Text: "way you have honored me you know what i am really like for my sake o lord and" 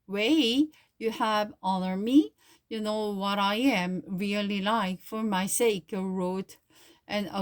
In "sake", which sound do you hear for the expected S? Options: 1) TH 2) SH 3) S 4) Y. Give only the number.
3